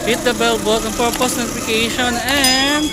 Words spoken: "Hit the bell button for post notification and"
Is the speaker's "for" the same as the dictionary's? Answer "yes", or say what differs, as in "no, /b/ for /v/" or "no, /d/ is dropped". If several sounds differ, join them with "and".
no, /p/ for /f/